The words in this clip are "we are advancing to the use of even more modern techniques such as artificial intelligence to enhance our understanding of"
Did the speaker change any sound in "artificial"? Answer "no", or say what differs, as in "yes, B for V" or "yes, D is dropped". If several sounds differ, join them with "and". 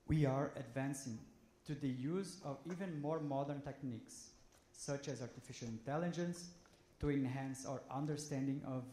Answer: no